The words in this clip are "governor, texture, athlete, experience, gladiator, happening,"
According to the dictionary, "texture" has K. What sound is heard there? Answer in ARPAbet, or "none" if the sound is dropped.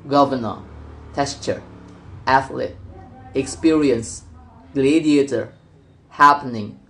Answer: none